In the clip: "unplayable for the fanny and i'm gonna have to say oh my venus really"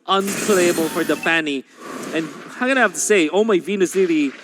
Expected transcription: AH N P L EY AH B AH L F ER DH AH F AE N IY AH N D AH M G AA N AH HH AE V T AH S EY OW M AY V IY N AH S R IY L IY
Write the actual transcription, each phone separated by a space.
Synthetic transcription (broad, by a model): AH N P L EY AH B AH L F ER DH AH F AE N IY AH N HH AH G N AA AH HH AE F T AH S EY OW M AY V IY N AH S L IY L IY